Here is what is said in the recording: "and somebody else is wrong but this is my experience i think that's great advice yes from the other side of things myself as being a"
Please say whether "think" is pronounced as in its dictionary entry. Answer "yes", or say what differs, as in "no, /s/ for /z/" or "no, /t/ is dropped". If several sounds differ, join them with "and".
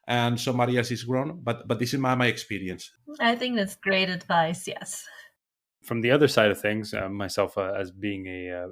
yes